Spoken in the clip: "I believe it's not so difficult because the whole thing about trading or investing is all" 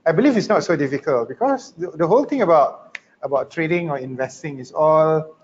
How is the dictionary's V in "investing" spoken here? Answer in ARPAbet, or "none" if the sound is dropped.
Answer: V